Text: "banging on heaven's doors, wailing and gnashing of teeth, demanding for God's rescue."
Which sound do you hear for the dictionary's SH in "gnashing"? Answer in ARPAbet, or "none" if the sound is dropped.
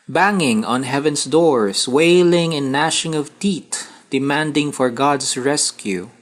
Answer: SH